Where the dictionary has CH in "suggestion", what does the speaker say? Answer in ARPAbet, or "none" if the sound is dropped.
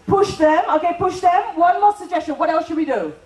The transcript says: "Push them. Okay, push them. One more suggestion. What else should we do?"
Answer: CH